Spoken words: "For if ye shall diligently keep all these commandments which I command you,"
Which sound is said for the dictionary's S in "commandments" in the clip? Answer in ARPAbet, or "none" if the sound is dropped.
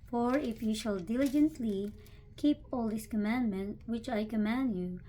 none